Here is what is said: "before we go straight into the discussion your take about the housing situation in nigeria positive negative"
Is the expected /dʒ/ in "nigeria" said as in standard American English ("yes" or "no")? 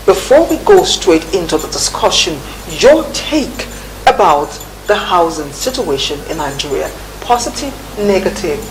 yes